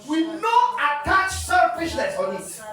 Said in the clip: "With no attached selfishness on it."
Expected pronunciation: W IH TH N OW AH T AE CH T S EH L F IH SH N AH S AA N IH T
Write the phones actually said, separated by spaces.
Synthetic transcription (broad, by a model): W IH N OW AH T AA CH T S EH F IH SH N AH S AA N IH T